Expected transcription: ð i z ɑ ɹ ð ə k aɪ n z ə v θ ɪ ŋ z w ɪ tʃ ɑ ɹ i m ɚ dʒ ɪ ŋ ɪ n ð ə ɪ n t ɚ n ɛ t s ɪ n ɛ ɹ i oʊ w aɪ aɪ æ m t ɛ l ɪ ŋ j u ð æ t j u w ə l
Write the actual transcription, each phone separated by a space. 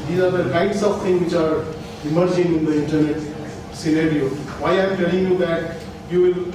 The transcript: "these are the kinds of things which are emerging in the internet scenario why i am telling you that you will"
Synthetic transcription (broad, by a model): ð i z ɑ ɹ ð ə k aɪ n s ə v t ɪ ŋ w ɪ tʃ ɑ ɹ i m ɚ dʒ ɪ ŋ ɪ n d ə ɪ n t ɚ n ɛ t s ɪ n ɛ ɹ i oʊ w aɪ aɪ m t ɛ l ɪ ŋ j u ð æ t j u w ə l